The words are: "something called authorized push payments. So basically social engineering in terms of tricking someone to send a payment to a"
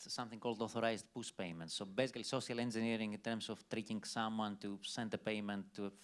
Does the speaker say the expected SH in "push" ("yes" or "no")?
no